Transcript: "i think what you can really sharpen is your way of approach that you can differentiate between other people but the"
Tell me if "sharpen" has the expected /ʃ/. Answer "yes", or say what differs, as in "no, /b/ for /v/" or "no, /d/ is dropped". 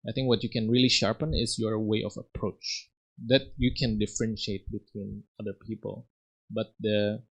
yes